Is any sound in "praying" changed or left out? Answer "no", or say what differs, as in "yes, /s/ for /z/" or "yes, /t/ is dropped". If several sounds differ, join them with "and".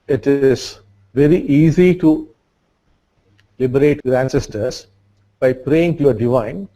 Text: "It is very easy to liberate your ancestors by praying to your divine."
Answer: no